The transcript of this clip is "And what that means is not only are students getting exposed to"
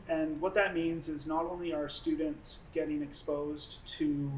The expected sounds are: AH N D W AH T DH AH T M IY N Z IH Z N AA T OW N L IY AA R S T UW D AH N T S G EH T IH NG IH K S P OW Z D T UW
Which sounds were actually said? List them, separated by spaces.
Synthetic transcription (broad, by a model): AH N W AH T DH AH T M IY N Z IH Z N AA T OW N L IY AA R S T UW D N T S G EH T IH NG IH K S P OW Z T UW